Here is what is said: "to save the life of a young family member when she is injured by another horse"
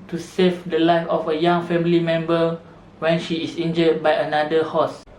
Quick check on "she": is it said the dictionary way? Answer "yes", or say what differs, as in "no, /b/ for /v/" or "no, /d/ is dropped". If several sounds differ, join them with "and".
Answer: yes